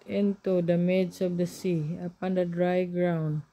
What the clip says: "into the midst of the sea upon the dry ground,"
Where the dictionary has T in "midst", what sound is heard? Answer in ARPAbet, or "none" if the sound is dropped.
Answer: none